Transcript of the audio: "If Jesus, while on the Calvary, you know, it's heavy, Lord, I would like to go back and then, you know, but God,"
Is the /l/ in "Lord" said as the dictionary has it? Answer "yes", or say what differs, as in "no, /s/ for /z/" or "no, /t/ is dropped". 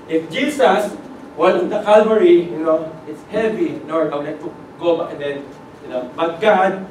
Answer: no, /n/ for /l/